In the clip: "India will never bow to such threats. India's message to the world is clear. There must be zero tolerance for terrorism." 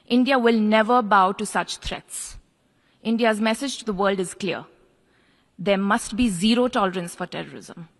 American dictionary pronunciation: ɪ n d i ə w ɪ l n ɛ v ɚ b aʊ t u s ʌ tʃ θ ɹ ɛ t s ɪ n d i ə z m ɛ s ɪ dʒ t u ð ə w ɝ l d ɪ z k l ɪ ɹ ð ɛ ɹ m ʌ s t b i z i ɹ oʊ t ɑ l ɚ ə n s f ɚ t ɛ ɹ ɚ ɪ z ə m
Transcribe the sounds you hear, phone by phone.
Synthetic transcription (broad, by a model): ɪ n d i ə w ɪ l n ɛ v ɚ b aʊ t u s ʌ tʃ t ɹ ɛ t s ɪ n d i ə z m ɛ s ɪ dʒ t u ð ə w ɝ l d ɪ z k l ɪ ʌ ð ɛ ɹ m ʌ s t b i z i ɹ oʊ t ɑ l ɚ ə n s f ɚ t ɛ ɹ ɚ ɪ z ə m